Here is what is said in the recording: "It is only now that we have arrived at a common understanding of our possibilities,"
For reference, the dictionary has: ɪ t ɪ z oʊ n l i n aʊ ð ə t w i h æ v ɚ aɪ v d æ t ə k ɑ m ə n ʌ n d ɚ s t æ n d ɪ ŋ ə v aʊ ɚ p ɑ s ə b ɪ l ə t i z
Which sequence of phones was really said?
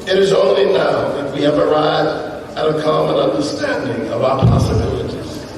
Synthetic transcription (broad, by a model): ɪ t ɪ z oʊ n l i n aʊ ð ə t w i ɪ v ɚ aɪ d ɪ t ə k ɑ m ə n ʌ n d ɚ s t æ n d ɪ ŋ ə v aʊ ɚ p ɑ s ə b ɪ l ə t i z